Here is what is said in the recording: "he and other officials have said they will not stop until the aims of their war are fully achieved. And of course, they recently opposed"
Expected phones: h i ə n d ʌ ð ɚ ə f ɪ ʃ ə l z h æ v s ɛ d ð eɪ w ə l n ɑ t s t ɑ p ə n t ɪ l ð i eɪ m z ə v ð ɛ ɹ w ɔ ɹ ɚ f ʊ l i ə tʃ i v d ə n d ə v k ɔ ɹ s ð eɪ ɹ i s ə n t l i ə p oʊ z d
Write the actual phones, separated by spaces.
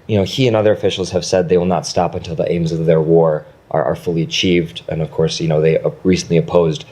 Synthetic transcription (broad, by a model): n i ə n ʌ ð ɚ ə f ɪ ʃ l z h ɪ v s ɛ d ð eɪ w ə l n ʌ t s t ɑ p ə n t ɪ l ð i eɪ m z ə v ð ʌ ɹ w ɔ ɹ ɚ f ʊ l i ə tʃ i v d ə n ə v k ɔ ɹ s ð eɪ ɹ i s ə n t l i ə p oʊ z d